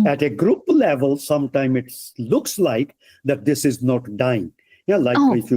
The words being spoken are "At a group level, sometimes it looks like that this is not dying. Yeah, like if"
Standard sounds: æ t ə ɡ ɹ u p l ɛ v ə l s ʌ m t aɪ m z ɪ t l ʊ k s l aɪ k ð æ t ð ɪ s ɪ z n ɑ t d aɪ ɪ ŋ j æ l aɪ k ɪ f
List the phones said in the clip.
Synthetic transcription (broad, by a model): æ t ə ɡ ɹ u p l ɛ v ə l s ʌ m t aɪ m ɪ t l ʊ k s l aɪ k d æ t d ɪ s ɪ z n ɑ t d aɪ ɪ ŋ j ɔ l aɪ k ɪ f